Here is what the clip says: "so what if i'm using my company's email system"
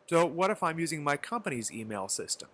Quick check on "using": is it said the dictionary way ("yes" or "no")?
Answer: yes